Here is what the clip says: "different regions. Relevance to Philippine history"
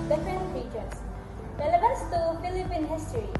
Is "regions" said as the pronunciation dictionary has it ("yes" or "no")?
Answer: no